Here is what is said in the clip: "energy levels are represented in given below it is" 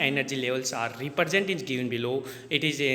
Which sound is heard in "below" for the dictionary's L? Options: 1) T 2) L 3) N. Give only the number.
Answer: 2